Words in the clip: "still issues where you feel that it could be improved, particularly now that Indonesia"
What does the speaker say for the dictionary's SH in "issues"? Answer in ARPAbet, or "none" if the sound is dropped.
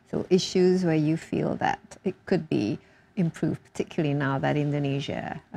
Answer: SH